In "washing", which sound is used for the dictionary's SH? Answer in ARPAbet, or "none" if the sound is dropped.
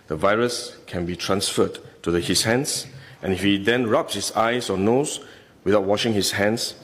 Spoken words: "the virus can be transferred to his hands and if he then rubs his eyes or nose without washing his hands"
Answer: SH